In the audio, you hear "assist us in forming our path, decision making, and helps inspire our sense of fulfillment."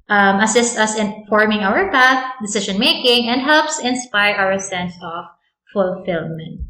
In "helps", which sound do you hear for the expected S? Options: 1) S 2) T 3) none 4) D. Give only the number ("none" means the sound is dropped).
1